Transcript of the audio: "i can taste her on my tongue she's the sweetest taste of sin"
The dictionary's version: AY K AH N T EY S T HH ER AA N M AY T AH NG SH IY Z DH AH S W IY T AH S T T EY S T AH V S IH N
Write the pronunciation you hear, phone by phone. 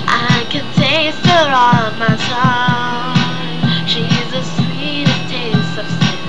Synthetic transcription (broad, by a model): AY K AH N T EY S T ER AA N M AY S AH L SH IY Z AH S W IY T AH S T T EY S T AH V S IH